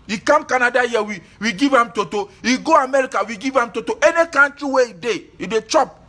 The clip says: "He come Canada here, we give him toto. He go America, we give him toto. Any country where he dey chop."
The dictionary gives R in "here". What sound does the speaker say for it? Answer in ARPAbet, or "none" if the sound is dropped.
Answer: W